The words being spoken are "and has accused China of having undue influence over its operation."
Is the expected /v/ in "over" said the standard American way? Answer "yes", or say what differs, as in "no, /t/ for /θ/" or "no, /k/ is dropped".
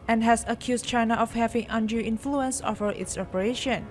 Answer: no, /f/ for /v/